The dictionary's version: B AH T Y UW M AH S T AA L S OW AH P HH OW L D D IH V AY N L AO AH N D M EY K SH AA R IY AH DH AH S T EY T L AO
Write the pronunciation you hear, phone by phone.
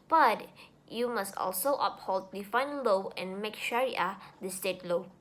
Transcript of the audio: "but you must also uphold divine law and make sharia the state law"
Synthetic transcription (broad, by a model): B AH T Y UW M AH S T AA L S OW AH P HH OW L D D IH F AY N L AO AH N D M EY K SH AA R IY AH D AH S T EY T L AO